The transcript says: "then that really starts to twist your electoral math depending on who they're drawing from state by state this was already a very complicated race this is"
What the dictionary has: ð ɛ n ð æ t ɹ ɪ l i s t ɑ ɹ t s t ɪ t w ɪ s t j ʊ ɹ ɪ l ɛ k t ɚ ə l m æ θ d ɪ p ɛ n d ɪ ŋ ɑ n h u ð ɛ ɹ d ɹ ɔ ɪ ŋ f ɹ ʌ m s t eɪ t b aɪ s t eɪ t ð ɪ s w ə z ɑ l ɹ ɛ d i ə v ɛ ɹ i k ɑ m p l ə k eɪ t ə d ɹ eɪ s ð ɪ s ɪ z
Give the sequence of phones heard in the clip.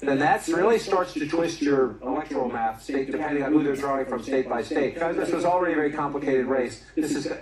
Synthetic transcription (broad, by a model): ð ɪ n ð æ t ɹ ɪ l i s t ɑ ɹ t s t ɪ t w ɪ s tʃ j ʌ ɹ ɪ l ɛ k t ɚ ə l m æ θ d ɪ p ɛ n d ɪ ŋ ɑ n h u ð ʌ ɹ d ɹ ɔ ɪ ŋ f ɹ ʌ m s t eɪ t b aɪ s t eɪ t ð ɪ s w ə z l ɹ ɛ d i ə v ɛ ɹ i k ɑ m p l ə k eɪ t ə d ɹ eɪ s ð ɪ s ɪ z